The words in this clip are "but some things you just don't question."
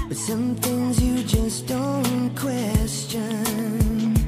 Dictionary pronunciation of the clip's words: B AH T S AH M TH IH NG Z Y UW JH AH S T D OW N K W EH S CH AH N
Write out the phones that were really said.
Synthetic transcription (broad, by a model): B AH T S AH M TH IH NG Z Y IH JH AH S D OW N K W EH S CH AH N